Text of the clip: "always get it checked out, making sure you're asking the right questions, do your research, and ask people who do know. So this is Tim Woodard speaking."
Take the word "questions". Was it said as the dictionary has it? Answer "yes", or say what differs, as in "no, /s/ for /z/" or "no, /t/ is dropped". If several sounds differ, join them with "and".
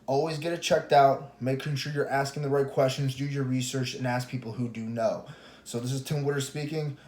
yes